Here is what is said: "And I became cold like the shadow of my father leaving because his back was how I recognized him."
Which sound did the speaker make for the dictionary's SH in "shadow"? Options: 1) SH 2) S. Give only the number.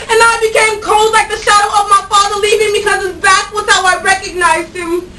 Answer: 1